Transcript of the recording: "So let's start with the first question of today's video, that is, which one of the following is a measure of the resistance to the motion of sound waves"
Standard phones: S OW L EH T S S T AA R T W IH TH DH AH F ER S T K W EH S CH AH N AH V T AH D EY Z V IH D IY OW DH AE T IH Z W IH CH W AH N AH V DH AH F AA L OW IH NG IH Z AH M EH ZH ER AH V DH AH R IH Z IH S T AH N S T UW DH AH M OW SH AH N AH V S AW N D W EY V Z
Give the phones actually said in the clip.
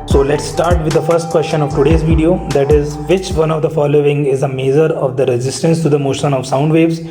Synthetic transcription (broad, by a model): S OW L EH T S S T AA R T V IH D AH F ER S T K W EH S SH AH N AH V T AH D EY Z V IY D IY OW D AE T IH Z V IH CH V AH N AH V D AH F AA L OW IH NG IH Z AH M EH Z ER AH V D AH R IH Z IH S T AH N S T UW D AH M OW SH AH N AH V S AW N D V EY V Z